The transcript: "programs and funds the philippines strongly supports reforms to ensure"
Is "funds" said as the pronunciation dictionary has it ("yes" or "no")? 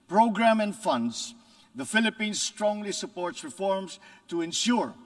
no